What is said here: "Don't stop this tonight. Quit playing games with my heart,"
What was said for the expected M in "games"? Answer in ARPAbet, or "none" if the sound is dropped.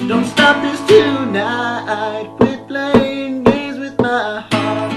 none